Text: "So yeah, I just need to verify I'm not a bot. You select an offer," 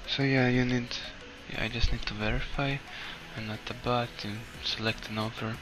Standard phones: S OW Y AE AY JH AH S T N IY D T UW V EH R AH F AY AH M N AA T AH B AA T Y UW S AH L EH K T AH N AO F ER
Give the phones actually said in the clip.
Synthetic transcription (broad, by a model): S OW Y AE AY JH AH S T N IY D T UW V EH R AH F AY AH N AA T AH B AA T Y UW S AH L EH K T AH N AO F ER